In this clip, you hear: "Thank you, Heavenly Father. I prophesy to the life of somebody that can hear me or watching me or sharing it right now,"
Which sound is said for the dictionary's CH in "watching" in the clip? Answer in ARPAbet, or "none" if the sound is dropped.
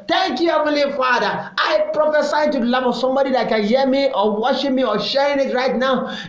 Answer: SH